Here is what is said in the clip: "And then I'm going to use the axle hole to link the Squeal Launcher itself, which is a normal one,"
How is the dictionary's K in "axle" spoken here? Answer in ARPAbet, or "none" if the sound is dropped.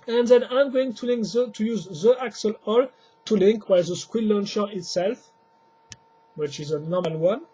K